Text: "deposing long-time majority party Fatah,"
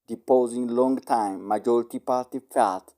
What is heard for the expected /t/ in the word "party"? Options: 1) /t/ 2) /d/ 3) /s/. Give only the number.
1